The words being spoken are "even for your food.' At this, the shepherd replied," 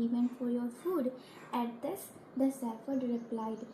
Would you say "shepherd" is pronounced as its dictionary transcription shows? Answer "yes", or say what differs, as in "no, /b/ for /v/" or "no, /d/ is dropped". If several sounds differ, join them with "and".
no, /s/ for /ʃ/ and /f/ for /p/